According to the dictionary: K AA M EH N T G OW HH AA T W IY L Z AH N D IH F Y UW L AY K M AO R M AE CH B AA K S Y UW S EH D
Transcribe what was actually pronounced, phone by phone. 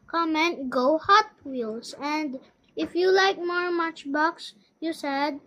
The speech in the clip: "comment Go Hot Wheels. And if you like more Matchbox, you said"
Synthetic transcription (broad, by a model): K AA M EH N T G OW HH AA T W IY L S AH N D IH F Y UW L AY K M AO R M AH CH B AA K S Y UW S EH D